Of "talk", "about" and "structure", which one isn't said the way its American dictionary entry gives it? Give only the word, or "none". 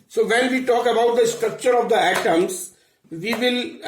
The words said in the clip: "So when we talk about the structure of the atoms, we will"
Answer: none